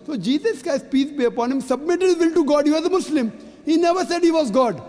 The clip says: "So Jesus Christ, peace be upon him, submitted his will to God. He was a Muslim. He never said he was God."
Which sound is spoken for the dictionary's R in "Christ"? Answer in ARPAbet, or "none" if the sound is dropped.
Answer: none